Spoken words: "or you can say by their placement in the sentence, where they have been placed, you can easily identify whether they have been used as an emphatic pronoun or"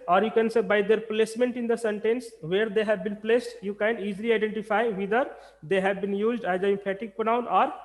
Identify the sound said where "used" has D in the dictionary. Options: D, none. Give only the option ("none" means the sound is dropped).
D